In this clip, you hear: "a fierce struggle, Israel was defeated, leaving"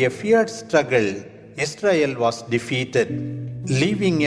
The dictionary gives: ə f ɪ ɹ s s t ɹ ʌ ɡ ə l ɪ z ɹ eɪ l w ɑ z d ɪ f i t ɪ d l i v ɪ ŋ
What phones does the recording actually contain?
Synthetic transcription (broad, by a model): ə f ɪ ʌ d s t ɹ ʌ ɡ ə l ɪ s ɹ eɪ l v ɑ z d ɪ f i t ɪ d l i v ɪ ŋ